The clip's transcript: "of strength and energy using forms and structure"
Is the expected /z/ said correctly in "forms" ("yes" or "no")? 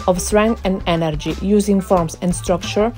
no